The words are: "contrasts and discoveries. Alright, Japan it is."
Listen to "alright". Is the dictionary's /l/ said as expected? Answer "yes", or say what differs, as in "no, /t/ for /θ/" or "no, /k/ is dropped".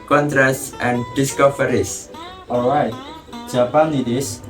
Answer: yes